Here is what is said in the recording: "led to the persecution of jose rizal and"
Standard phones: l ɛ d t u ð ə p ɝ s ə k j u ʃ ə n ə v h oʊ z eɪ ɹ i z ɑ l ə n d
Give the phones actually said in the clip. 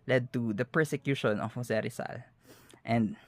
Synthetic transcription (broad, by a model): l ɛ d t u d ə p ɝ s ə k j u ʃ ə n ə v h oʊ s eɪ ɹ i s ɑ l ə n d